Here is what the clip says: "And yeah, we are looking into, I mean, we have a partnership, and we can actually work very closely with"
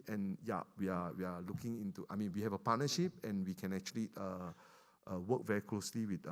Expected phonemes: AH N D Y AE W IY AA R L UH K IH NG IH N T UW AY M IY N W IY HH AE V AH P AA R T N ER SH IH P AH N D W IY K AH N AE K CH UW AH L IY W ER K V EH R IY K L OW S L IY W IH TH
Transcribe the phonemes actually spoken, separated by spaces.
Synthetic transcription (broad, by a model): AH N Y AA W IY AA W L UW K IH NG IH N T UW AY M IY N W IY HH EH V AH P AA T N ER SH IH P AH N W IY K AH N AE K CH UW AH L IY W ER K V EH R IY K L OW S L IY W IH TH